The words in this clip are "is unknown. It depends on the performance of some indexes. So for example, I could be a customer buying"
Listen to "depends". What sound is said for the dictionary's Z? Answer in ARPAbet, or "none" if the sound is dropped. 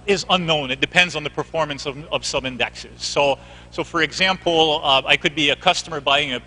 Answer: Z